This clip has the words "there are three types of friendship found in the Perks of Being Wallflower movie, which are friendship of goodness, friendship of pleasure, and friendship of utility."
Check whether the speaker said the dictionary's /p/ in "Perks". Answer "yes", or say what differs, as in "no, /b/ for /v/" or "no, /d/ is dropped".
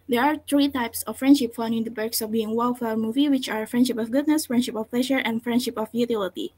no, /b/ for /p/